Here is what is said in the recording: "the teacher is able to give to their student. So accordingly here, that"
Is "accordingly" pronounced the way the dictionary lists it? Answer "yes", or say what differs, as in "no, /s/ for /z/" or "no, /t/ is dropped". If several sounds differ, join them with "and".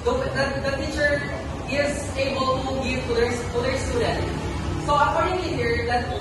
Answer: no, /l/ is dropped